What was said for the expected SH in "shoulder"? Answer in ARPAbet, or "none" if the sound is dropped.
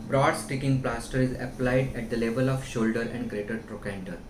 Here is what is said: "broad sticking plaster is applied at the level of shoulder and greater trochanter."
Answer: SH